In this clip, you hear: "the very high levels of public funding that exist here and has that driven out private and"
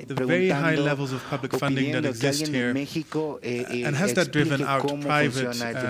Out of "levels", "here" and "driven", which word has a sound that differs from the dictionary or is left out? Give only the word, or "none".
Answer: none